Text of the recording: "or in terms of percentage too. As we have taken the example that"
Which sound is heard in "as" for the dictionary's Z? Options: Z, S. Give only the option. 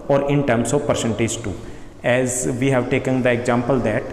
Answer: Z